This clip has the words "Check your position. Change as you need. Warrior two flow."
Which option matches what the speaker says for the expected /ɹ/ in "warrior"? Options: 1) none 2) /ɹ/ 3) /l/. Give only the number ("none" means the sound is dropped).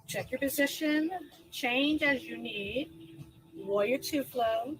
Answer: 1